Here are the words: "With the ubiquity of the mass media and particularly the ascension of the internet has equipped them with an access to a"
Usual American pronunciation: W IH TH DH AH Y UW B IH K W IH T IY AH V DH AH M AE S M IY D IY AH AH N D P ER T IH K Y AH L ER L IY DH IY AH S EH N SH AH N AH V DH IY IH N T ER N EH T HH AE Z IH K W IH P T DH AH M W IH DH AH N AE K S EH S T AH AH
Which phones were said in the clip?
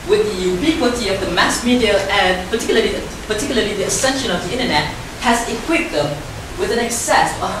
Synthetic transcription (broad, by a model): W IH DH AH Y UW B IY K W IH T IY AH V DH AH M AE S M IY D IY AH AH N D P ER T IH K Y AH L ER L IY DH IY AH S EH N SH AH N AH V DH IY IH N T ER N EH T HH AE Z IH K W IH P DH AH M W IH DH AH N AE K S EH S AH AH